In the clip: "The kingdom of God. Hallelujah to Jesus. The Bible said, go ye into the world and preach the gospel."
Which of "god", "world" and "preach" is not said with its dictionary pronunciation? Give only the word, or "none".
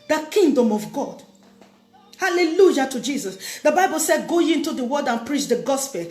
world